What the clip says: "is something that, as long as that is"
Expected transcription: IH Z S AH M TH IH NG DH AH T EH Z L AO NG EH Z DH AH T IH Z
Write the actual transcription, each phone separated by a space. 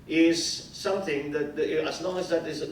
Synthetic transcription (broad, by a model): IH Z S AH M TH IH NG DH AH T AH Z L AO NG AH Z DH AH T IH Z